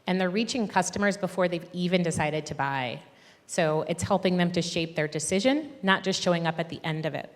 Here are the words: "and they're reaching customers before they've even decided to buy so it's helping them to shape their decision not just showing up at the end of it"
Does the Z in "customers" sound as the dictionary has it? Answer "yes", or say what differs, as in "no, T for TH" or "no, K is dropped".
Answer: yes